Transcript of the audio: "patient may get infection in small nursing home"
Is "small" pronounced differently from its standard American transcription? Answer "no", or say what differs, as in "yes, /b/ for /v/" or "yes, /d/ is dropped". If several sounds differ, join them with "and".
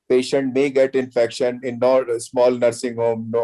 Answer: no